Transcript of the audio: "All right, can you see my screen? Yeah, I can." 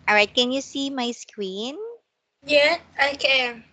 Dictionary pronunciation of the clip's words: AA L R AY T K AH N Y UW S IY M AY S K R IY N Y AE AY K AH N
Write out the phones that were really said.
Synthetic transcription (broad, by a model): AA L R AY T K AH N Y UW S IY M AY S K W IY N Y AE AY K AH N